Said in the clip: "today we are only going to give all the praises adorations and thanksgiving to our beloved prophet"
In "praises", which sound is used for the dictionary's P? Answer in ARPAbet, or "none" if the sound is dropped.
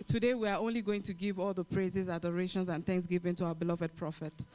P